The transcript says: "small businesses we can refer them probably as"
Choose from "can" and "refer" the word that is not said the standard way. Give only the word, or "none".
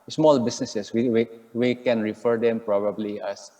none